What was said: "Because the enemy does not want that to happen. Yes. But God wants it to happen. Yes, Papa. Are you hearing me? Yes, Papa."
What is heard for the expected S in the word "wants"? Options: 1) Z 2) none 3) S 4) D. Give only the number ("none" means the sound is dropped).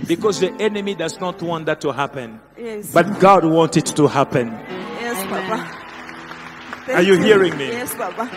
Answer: 2